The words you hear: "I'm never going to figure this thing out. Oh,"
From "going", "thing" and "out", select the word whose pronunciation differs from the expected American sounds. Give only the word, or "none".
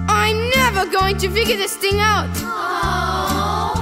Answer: none